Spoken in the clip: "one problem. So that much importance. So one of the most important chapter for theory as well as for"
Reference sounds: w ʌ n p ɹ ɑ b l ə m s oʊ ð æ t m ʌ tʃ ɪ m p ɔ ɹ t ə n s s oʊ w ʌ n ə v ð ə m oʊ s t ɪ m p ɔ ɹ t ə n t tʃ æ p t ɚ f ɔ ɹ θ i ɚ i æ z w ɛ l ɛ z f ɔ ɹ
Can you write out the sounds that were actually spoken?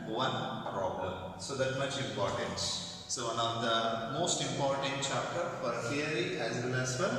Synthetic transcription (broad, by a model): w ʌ n p ɹ ɑ b l ə m s oʊ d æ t m ʌ tʃ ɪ m p ɔ ɹ t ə n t s oʊ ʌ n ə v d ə m oʊ s t ɪ m p ɔ ɹ t ə n t tʃ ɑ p t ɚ f ɔ ɹ f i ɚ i æ z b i n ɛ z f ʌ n